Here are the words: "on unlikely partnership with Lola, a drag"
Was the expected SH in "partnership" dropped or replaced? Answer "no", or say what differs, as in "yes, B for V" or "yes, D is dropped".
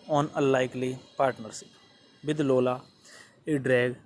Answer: yes, S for SH